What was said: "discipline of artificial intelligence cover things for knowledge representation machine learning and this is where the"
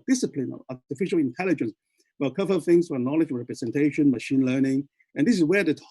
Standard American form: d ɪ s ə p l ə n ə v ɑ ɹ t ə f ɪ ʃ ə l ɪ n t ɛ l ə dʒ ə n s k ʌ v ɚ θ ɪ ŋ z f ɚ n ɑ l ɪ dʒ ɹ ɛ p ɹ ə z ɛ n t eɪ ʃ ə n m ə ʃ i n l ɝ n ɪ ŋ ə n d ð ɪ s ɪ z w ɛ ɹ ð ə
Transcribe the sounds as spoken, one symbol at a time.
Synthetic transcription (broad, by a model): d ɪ s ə p l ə n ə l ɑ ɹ t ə f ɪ ʃ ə l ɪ n t ɛ l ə dʒ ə n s k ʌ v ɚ θ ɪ ŋ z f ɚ n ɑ l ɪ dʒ ɹ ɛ p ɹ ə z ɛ n t eɪ ʃ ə n m ə ʃ i n l ɝ n ɪ ŋ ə n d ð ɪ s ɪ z w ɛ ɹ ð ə